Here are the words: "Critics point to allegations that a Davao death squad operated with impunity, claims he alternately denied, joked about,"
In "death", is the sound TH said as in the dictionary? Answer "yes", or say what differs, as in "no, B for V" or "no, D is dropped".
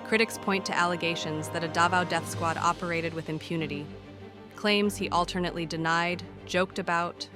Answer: yes